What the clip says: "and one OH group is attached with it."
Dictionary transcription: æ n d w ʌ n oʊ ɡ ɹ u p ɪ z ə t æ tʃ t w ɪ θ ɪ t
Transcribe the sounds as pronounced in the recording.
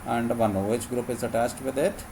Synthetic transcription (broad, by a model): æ n d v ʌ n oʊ ɡ ɹ u p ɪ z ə t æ s t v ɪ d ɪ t